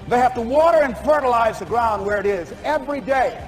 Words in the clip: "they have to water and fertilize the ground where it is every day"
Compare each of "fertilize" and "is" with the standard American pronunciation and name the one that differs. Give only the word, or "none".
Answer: none